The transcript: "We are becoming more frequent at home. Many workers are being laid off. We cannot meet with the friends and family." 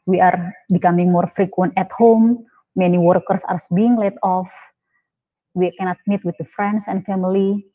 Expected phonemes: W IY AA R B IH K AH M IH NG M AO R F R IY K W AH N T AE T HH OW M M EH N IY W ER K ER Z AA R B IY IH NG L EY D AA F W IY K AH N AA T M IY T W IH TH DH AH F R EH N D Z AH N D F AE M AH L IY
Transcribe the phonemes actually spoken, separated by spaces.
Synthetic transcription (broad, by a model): W IY AA R B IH K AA M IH NG M AO R F R IY K W AH N T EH T HH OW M M EH N IY W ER K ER S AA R B IY IH NG L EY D AA F W IY K AH N AA T M IY T W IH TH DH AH F R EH N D S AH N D F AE M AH L IY